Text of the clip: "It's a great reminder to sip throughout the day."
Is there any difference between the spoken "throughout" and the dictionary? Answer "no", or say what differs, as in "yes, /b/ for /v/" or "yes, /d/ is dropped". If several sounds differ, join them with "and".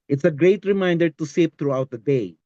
yes, /t/ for /θ/